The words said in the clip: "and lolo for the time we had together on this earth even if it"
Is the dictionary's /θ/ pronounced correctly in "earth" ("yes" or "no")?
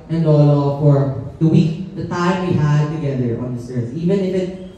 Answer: no